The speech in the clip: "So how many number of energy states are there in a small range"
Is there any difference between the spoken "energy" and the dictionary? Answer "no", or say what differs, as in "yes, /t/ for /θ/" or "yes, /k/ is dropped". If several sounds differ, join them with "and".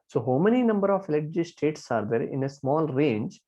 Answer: yes, /l/ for /n/